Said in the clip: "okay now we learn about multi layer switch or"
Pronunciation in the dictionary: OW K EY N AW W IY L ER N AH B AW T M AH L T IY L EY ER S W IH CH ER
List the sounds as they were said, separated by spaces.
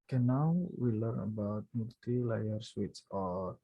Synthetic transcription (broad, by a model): K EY N AW W IY L ER N AH B AW T M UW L T IY L EY ER S W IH S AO